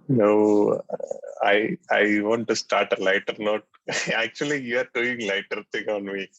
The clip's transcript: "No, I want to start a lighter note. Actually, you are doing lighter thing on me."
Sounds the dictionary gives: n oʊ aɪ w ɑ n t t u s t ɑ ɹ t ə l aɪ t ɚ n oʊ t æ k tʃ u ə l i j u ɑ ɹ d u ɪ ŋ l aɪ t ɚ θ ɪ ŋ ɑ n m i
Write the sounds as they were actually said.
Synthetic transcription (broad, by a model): n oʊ aɪ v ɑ n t t u s t ɑ ɹ t ə l aɪ t ɚ n oʊ t æ k tʃ u ə l i j u ɑ ɹ d u ɪ ŋ l aɪ t ɚ t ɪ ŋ ɑ n m i